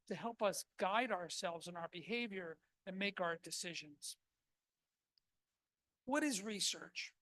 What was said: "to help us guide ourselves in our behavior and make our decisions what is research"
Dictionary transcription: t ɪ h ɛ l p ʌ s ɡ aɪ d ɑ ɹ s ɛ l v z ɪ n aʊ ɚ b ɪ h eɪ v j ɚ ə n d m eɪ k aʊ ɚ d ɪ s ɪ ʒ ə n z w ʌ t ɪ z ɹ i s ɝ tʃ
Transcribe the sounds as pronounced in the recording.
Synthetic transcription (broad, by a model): t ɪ h ɛ l p ʌ s ɡ aɪ d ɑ ɹ s ɛ l v z ɪ n aʊ ɚ b ɪ h eɪ v j ɚ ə n m eɪ k aʊ ɚ d ɪ s ɪ ʒ ə n z w ʌ t ɪ z ɹ i s ɝ tʃ